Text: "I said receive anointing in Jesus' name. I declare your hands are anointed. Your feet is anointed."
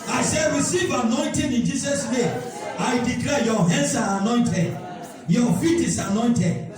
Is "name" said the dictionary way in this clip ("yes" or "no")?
no